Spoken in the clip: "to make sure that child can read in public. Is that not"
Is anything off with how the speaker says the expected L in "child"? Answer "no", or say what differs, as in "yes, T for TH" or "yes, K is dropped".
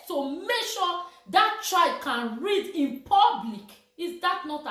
yes, L is dropped